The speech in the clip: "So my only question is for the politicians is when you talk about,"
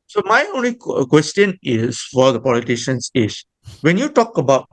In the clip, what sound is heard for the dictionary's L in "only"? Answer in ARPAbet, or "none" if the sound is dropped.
L